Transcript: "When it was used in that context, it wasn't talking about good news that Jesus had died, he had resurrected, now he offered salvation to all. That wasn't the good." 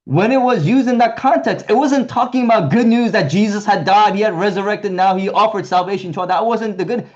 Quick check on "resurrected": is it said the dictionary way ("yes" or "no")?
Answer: yes